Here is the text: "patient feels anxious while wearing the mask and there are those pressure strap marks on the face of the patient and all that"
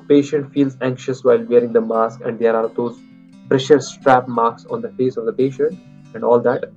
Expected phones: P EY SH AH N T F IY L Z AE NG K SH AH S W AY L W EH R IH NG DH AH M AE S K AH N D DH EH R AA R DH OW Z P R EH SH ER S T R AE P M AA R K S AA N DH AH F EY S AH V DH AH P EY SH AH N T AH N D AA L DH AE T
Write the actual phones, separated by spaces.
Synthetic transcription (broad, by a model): P EY SH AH N T F IY L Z AE NG K SH AH S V AY L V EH R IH NG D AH M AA S K AH N D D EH R AA R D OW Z P R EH SH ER S T R AE P M AA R K S AA N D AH F EY S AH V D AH P EY SH AH N T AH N D AA L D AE T